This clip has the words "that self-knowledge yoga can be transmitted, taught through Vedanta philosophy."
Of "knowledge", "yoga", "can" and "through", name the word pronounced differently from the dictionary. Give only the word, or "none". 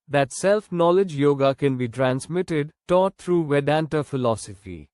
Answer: through